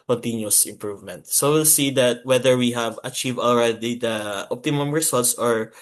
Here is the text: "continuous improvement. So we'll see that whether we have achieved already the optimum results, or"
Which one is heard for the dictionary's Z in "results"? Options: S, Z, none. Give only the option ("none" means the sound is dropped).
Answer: S